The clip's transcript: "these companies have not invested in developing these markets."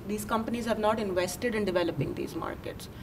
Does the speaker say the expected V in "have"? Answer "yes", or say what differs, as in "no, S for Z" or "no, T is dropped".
yes